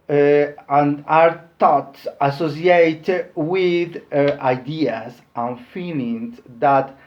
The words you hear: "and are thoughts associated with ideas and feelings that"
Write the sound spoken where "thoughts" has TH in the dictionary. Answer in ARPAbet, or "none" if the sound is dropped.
T